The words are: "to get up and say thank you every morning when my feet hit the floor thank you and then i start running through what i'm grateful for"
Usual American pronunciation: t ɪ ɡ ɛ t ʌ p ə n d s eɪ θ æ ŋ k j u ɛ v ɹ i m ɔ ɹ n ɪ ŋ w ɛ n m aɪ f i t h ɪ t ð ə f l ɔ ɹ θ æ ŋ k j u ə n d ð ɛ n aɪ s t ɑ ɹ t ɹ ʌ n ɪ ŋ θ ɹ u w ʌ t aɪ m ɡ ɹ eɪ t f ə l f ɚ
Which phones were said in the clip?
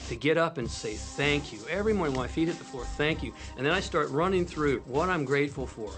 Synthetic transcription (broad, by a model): t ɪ ɡ ɛ t ʌ p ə n s eɪ θ æ ŋ k j u ɛ v ɹ i m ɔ ɹ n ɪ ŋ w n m aɪ f i t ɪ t ð ə f l ɔ ɹ θ æ ŋ k j u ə n ð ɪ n aɪ s t ɑ ɹ t ɹ ʌ n ɪ ŋ θ ɹ u w ʌ t aɪ m ɡ ɹ eɪ t f l f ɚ